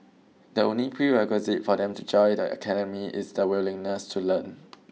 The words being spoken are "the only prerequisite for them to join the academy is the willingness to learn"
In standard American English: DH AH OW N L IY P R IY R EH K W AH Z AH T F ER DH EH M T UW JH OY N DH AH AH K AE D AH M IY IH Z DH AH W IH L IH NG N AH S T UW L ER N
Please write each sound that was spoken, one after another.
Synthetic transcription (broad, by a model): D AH OW N L IY P R IY R EH K W AH Z AH T F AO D EH M T UW JH OY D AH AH K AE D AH M IY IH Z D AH W IH L IH NG N AH S T UW L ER N